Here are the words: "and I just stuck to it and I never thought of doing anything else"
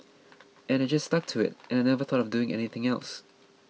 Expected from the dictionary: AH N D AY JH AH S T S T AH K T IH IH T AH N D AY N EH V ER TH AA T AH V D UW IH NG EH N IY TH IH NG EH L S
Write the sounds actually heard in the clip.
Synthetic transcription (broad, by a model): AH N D AY JH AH S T S T AH K T IH IH T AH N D AY N EH V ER TH AA T AH V D UW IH NG EH N IY TH IH NG EH L S